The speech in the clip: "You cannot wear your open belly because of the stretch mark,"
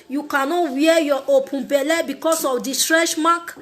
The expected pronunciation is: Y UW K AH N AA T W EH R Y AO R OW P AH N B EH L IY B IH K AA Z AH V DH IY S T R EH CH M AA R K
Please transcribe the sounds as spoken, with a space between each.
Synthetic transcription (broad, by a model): Y UW K AH N AA T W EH Y AO OW P AH N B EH L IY B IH K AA S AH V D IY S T R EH SH M AA K